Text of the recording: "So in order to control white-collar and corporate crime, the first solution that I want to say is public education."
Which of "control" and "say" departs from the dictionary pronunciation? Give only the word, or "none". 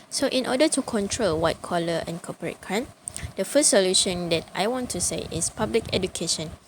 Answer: none